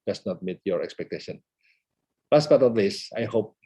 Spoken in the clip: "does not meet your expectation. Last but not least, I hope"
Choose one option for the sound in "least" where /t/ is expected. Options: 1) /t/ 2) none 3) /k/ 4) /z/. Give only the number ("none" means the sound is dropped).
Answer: 2